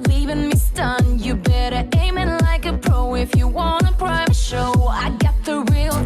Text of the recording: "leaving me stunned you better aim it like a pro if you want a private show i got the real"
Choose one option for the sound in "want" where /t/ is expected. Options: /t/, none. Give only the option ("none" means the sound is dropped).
none